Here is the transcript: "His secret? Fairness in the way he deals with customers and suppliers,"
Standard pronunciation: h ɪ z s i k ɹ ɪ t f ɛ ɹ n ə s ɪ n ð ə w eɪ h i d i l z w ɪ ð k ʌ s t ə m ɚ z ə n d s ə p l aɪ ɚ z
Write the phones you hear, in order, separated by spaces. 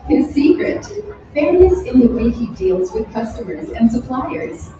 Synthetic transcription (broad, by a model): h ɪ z s i k ɹ ɪ t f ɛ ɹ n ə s ɪ n ð ə w eɪ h i d i l z w ɪ ð k ʌ s t ə m ɚ z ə n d s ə p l aɪ ɚ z